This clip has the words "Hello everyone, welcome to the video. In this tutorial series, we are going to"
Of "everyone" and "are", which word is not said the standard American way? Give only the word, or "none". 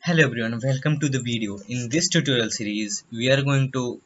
everyone